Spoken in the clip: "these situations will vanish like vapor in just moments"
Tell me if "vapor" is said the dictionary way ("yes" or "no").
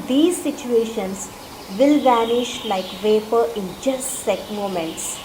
yes